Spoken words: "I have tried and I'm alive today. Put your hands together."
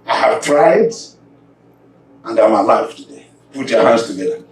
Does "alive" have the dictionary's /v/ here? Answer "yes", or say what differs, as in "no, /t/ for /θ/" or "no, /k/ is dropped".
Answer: no, /f/ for /v/